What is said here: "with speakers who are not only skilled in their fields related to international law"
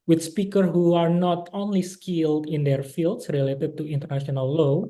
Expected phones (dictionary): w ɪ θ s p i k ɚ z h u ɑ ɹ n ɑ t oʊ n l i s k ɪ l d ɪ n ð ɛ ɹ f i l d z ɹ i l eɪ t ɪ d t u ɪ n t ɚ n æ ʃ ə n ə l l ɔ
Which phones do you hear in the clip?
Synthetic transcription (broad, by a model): w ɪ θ s p i k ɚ h u ɑ ɹ n ɑ t oʊ n l i s k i l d ɪ n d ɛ ɹ f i l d s ɹ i l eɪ t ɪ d t u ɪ n t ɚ n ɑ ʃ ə n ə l l ɔ